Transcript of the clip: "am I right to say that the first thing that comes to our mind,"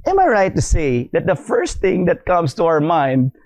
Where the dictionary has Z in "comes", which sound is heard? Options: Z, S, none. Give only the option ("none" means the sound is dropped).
S